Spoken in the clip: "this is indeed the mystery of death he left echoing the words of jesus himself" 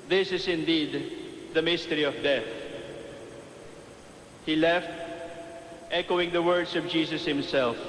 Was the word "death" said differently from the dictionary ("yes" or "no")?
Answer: no